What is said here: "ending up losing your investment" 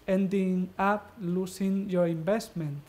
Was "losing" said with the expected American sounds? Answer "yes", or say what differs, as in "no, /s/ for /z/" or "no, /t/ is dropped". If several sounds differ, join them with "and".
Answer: no, /s/ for /z/